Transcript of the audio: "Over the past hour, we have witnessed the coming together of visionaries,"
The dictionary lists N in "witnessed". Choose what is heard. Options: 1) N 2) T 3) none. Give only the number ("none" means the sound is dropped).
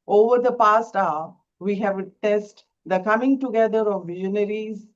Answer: 3